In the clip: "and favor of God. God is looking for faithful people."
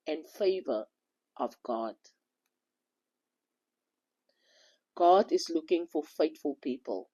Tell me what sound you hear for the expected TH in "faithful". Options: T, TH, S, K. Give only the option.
T